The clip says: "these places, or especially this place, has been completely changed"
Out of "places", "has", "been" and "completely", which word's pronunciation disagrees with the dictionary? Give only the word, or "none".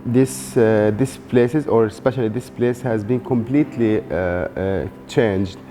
none